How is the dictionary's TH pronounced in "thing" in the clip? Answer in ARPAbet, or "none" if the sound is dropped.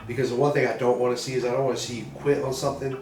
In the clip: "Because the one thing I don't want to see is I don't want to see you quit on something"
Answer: TH